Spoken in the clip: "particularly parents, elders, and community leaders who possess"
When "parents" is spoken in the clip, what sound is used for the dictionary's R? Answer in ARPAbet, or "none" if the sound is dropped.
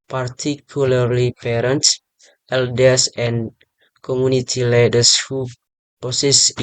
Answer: R